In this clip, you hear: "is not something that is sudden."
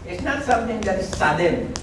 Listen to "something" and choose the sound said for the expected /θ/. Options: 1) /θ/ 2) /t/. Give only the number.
2